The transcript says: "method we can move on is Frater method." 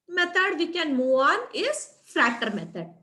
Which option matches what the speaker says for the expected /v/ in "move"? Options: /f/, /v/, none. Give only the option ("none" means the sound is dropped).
none